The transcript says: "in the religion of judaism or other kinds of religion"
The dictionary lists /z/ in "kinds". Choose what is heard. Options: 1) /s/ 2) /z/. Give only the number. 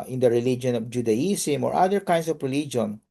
1